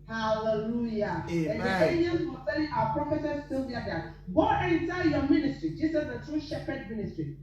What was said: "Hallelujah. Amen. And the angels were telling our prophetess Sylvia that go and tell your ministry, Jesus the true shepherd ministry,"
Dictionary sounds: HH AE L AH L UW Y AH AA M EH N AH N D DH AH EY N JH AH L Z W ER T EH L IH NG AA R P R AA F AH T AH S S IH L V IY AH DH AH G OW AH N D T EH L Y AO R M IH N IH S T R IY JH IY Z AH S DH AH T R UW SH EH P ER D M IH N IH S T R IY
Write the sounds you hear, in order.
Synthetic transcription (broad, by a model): HH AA L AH L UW Y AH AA EH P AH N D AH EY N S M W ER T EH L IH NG AA P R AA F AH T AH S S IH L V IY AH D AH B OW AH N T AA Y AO M IH N IH S T R IY JH IY S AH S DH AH T R UW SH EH P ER D M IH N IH S T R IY